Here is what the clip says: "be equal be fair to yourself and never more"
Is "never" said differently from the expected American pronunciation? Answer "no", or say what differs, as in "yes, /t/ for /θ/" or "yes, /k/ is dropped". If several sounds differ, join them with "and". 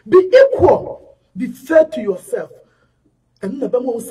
yes, /b/ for /v/